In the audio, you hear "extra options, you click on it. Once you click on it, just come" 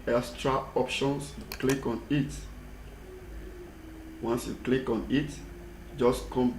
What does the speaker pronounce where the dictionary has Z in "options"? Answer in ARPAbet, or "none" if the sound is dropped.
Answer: S